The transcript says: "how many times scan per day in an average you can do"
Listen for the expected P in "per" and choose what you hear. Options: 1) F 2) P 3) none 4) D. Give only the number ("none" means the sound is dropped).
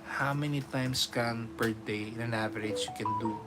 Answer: 2